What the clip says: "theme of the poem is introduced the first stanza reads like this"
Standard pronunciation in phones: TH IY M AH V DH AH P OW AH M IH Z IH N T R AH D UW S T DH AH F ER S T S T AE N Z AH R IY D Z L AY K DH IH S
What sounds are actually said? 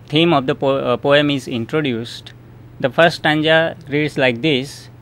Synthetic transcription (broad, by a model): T IY M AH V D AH P OW AH M IH Z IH N T R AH D UW S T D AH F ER T S T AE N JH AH R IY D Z L AY K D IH S